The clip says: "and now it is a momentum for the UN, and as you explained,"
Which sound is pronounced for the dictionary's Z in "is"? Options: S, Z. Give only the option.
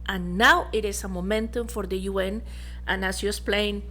S